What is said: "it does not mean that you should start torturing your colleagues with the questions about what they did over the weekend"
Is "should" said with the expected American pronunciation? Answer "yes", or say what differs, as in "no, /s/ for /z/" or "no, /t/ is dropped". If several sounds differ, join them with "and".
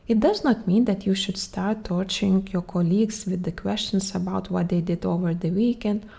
yes